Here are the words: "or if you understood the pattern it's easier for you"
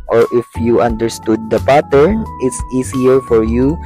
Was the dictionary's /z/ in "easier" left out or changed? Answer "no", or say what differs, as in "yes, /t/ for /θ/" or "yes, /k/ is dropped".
yes, /s/ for /z/